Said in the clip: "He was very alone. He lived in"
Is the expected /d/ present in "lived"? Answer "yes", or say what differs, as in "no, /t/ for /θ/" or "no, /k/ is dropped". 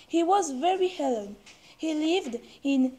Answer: yes